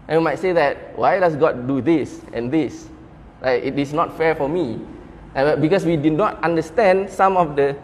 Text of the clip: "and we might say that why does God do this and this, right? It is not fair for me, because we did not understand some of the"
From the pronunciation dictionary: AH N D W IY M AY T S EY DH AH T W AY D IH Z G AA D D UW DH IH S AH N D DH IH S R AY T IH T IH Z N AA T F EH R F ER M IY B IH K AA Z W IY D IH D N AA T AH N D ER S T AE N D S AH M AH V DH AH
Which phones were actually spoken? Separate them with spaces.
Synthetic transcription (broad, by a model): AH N W IY M AY T S EY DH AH T W AY D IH S G AA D D UW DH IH S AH N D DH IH S L AY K IH T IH S N AA T F EH R F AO M IY B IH K AA S W IY D IH D N AA T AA N D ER S T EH N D S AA M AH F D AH